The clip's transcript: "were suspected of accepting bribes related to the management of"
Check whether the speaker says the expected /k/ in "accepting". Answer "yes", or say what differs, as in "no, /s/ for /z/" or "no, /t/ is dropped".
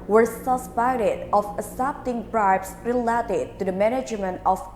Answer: no, /k/ is dropped